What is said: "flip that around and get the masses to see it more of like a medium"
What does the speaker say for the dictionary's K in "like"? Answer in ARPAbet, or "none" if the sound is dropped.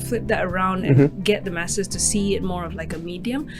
K